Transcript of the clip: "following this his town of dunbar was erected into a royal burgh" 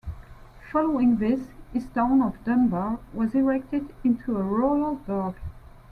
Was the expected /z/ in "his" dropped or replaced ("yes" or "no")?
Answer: yes